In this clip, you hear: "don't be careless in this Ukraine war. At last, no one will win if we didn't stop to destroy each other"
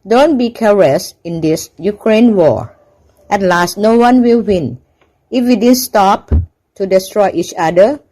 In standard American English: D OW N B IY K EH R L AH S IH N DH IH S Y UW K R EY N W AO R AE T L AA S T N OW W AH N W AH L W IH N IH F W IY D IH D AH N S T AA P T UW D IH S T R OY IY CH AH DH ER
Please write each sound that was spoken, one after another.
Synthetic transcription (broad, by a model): D OW N B IY K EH R AH S IH N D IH S Y UW K R EY N W AO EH T L AA S T N OW W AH N W AH L W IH N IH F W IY D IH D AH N S T AA P T UW D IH S T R OY IY CH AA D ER